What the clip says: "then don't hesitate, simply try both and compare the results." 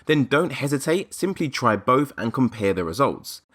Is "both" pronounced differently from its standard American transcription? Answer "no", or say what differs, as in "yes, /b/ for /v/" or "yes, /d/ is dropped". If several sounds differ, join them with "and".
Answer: no